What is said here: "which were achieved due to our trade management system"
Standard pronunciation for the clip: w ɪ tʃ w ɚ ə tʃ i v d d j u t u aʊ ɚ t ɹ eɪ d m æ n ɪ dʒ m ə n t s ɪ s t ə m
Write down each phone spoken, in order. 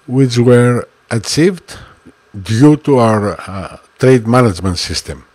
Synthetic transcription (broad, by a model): w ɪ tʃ w ɚ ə s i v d d j u t u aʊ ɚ t ɹ eɪ d m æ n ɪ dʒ m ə n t s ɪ s t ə m